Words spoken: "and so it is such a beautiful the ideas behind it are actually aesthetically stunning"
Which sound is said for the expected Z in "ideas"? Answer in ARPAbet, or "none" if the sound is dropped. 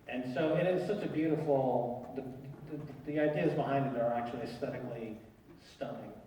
Z